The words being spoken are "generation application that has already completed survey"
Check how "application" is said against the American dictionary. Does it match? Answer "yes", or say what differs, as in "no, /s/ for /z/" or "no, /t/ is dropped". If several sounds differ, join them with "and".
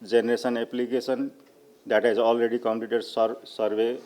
no, /s/ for /ʃ/